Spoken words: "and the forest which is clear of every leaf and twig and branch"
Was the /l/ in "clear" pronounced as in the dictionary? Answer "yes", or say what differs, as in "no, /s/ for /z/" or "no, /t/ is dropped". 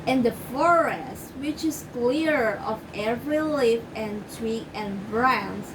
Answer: yes